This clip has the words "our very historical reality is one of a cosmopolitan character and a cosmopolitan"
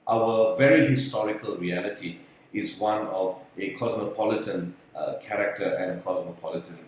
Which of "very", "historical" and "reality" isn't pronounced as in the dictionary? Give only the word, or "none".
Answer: none